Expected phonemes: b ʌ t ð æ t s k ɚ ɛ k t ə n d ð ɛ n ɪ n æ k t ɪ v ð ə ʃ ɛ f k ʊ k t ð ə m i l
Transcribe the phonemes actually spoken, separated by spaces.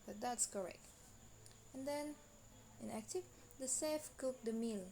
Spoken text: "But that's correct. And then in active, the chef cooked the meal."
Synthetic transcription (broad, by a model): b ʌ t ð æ t s k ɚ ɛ k t ə n d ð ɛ n ɪ n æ k t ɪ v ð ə s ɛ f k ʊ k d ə m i l